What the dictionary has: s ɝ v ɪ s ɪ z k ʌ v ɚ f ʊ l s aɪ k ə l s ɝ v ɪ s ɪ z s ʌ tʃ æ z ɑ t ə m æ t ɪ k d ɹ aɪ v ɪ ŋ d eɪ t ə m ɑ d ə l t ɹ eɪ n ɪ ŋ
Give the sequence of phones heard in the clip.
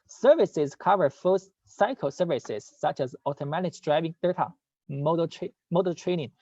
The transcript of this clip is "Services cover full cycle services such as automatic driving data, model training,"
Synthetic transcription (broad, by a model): s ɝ v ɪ s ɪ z k ʌ v ɚ f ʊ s s aɪ k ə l s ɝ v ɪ s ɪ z s ʌ tʃ æ z ɑ t ə m æ t ɪ k d ɹ aɪ v ɪ ŋ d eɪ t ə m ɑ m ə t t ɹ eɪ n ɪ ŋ